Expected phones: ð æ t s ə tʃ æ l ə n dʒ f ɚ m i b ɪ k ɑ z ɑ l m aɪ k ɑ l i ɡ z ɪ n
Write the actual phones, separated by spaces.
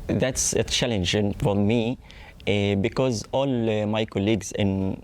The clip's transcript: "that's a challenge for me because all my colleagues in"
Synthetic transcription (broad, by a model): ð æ t s ə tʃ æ l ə n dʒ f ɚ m i b ɪ k ɑ z ɑ l m aɪ k ɑ l i ɡ z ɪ n